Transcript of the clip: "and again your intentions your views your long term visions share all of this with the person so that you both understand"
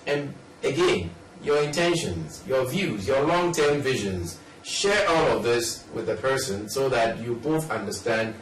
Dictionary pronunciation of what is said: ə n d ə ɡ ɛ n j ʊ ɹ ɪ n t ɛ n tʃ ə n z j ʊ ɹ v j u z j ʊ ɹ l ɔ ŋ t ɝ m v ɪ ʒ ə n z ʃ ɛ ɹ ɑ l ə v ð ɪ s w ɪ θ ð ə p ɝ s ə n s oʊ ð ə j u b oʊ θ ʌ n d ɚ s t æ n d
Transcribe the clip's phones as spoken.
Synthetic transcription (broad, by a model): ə n ə ɡ ɛ n j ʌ ɹ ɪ n t ɛ n ʃ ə n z j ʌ ɹ v j u z j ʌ ɹ l ɔ ŋ t ɝ m v ɪ ʒ ə n z ʃ ɛ ɹ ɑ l ə v ð ɪ s w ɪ ð ə p ɝ s ə n s oʊ ð ə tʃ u b oʊ θ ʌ n d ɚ s t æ n d